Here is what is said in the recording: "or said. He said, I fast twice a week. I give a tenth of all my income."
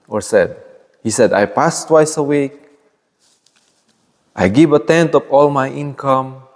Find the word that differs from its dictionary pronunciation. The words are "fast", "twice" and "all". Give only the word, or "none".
fast